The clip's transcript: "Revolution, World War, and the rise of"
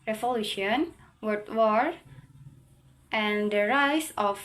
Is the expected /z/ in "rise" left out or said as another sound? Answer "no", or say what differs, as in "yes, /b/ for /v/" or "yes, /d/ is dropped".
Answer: yes, /s/ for /z/